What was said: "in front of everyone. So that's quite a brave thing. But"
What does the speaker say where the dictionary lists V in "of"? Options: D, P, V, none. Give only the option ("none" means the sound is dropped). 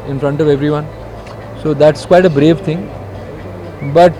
V